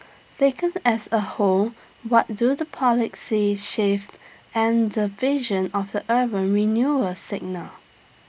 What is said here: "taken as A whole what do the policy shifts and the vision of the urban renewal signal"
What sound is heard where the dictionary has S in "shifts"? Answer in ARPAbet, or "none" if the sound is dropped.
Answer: none